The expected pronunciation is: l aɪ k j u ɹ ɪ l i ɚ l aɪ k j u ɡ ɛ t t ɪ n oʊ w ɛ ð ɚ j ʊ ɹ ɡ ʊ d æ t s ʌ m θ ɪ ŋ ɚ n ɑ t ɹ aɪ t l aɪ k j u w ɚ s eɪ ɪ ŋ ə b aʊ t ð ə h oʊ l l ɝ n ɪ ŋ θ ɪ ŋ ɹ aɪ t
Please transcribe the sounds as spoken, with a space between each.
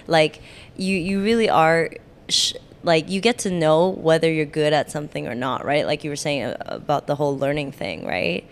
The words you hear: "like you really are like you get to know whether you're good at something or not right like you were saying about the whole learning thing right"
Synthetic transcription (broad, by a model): l aɪ k j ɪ ɹ ɪ l i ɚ l aɪ k j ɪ ɡ ɛ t t ɪ n oʊ w ɛ ð ɚ j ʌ ɹ ɡ ʊ d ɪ t s ʌ m θ ɪ ŋ ɚ n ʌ t ɹ aɪ t l aɪ k j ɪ w ɚ s eɪ ɪ ŋ ə b aʊ t ð ə h oʊ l l ɝ n ɪ ŋ θ ɪ ŋ ɹ aɪ t